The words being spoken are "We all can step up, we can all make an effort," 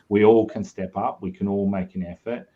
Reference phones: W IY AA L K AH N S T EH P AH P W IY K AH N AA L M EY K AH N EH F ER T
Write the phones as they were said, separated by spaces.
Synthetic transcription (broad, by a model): W IY AA L K AH N S T EH P AH P W IY K AH N AA L M EY K AH N EH F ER T